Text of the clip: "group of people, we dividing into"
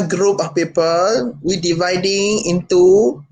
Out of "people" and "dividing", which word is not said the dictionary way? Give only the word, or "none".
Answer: none